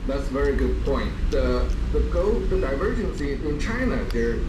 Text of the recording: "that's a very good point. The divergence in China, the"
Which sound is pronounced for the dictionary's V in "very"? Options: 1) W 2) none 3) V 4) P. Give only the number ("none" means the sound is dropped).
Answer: 3